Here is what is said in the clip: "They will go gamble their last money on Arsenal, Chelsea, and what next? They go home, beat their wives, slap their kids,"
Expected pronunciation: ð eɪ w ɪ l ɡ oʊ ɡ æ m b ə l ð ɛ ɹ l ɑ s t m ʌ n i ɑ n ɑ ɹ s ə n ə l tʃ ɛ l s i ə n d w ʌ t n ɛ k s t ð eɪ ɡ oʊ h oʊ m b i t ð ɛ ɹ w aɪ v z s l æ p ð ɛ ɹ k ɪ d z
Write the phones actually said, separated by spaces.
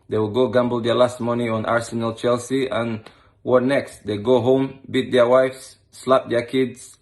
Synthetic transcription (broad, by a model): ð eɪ w ɪ l ɡ oʊ ɡ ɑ m b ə l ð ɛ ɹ l ɑ s t m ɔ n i ɑ n ɑ ɹ s ə n ə l tʃ ɛ l s i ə n w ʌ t n ɛ k s t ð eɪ ɡ oʊ h oʊ m b i t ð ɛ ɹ w aɪ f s l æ p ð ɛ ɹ k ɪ d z